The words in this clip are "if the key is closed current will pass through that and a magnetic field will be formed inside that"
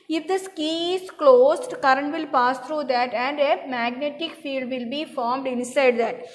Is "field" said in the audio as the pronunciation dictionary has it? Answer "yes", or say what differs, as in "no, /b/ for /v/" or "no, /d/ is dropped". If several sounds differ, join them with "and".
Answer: yes